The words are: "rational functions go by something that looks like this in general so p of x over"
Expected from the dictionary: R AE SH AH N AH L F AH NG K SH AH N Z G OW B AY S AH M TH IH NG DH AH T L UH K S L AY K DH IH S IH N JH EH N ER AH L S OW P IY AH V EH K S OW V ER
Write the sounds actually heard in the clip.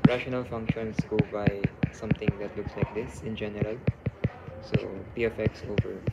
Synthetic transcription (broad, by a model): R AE SH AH N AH L F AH NG K SH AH N S G OW B AY S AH M T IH NG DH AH T L UH K S L AY K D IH S IH N JH EH N ER AH L S OW P IY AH F EH K S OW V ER